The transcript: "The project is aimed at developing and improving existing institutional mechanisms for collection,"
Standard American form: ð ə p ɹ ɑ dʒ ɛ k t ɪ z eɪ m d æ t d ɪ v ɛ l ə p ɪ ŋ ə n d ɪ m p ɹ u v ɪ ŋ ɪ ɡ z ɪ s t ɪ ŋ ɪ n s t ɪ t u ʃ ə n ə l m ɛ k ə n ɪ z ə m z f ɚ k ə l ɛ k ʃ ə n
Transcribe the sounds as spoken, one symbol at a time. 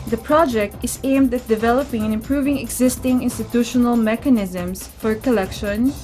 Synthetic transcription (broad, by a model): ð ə p ɹ ɑ dʒ ɛ k t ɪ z eɪ m d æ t d ɪ v ɛ l ə p ɪ ŋ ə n ɪ m p ɹ u v ɪ ŋ ɪ ɡ z ɪ s t ɪ ŋ ɪ n s t ɪ t u ʃ ə n ə l m ɛ k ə n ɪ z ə m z f ɚ k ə l ɛ k ʃ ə n